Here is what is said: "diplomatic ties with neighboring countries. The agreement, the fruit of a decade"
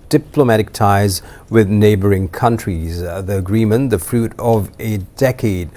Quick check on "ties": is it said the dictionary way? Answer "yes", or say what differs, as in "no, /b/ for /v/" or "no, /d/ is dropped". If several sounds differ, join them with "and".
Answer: yes